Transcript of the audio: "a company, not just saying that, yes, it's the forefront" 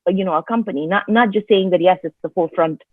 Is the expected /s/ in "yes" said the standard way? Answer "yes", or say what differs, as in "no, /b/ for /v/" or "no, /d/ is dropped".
yes